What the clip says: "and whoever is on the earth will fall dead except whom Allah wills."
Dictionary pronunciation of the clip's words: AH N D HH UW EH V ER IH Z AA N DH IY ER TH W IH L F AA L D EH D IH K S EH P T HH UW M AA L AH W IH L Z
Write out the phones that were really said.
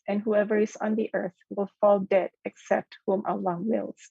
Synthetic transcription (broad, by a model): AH N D HH UW EH V ER IH Z N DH IY ER TH W IH L F AA L D EH D IH K S EH P T HH UW M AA L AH W IH L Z